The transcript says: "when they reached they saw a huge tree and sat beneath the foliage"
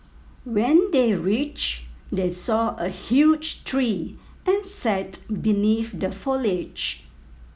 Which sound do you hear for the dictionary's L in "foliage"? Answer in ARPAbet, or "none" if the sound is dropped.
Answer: L